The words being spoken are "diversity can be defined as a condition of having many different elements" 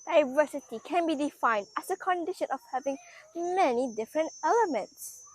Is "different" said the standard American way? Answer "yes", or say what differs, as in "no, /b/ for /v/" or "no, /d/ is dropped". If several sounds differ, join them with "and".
yes